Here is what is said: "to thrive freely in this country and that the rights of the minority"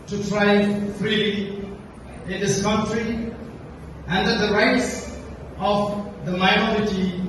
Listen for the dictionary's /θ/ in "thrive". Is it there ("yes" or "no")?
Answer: no